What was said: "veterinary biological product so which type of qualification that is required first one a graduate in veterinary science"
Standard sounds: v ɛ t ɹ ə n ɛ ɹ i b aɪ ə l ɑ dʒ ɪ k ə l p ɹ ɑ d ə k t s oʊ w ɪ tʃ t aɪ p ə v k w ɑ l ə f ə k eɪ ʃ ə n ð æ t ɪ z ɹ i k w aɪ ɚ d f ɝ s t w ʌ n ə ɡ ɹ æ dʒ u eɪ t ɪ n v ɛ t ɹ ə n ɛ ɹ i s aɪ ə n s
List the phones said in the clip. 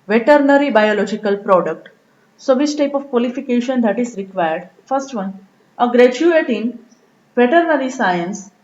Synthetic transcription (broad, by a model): v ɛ t ɹ n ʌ ɹ i b aɪ ə l ɑ dʒ ɪ k ə l p ɹ ɑ d ə k t s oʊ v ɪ s t aɪ p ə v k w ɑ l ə f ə k eɪ ʃ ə n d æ t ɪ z ɹ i k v aɪ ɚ d f ɝ s t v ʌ n ə ɡ ɹ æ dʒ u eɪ t ɪ n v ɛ t ɹ n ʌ ɹ i s aɪ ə n s